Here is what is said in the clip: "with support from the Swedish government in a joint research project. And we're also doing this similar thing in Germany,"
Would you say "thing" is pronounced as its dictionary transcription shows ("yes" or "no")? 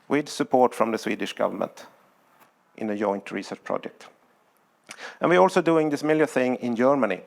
yes